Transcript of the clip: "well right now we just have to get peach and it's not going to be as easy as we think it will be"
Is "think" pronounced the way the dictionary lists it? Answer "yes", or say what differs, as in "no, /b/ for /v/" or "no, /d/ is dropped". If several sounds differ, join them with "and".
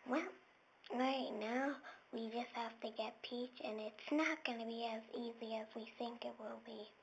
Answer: yes